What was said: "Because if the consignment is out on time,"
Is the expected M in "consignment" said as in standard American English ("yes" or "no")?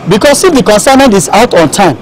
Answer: no